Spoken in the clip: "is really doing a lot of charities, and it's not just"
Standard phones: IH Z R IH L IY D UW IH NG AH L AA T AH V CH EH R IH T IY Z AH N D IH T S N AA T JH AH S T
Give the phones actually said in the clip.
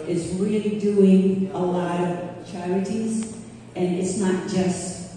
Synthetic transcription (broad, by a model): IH Z R IH L IY D UW IH NG AH L AA T AH V CH EH R IH T IY Z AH N IH T S N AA T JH AH S T